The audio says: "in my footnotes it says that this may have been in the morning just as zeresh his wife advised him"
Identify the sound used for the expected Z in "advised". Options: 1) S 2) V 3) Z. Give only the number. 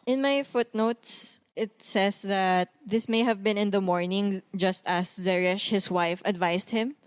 1